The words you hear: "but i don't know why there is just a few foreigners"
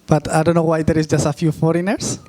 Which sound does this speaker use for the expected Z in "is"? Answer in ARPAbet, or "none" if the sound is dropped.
S